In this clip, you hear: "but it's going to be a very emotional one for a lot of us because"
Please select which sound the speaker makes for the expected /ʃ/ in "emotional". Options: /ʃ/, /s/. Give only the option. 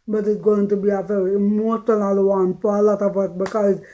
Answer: /s/